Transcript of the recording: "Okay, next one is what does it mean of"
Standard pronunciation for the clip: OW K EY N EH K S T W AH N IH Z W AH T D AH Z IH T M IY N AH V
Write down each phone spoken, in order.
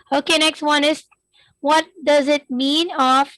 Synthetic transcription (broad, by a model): OW K EY N EH K S T W AH N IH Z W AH T D AH Z IH T M IY N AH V